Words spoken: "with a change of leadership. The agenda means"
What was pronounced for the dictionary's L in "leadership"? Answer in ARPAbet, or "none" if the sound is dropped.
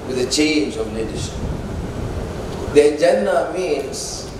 N